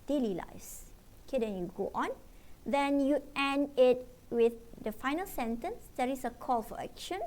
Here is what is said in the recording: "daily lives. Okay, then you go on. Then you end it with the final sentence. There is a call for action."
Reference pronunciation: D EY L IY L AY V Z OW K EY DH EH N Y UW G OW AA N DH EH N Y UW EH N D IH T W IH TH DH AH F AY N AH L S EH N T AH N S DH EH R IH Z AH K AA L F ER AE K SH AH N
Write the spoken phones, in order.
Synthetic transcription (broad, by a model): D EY L IY L AY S OW K EY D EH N Y UW G OW AA N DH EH N Y UW EH N D IH T W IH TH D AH F AY N AH L S EH N T AH N S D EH R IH S AH K AA L F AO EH K SH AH N